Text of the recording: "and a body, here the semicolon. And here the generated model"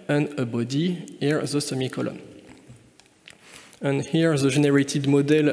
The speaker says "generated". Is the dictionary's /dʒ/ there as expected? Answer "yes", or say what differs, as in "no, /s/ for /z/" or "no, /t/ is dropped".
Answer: no, /ʒ/ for /dʒ/